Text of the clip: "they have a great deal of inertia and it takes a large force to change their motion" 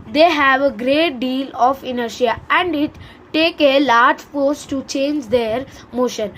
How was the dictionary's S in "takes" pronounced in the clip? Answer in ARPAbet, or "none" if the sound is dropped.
none